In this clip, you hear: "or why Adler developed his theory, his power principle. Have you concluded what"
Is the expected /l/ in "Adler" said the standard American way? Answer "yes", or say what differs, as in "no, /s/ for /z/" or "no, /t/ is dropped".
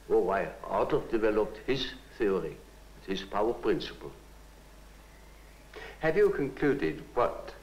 no, /l/ is dropped